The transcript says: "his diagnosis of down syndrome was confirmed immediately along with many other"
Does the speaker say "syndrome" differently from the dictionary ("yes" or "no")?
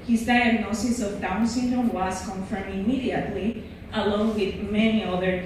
yes